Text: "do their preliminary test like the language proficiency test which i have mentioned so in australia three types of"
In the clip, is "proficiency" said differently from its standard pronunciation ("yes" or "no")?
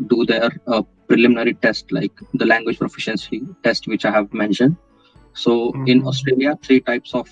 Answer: no